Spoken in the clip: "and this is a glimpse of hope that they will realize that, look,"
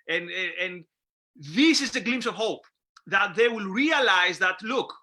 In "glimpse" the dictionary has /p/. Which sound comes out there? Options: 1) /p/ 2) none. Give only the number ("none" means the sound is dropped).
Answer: 2